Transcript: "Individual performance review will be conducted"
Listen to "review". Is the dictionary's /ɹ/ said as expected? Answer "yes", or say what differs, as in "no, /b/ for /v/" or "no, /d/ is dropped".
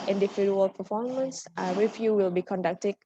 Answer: no, /w/ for /ɹ/